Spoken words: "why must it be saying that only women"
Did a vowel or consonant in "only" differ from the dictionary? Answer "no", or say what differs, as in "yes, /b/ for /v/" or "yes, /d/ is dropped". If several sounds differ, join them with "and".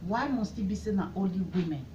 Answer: yes, /n/ is dropped